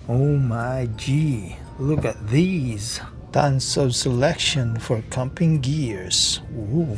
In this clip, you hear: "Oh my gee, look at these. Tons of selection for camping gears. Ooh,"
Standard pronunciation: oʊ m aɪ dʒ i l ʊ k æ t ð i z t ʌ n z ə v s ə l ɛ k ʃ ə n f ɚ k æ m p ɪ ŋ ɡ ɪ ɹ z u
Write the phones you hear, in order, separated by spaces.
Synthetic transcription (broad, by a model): oʊ m aɪ dʒ i l ʊ k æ t ð i z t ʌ n s ə v s ə l ɛ k ʃ ə n f ɚ k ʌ m p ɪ ŋ ɡ ɪ ɹ z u